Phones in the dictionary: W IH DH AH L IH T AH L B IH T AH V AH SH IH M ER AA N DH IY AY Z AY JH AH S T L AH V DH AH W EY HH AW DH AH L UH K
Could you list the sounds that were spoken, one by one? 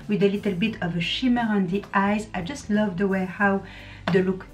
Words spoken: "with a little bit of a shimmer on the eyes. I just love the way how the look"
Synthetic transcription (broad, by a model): W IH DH AH L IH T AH L B IH T AH V AH SH IH M ER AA N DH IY AY Z AY JH AH S T L AH V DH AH W EY HH AW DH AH L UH K